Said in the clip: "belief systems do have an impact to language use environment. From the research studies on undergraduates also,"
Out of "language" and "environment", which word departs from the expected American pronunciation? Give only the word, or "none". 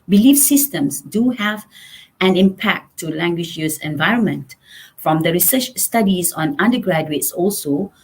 none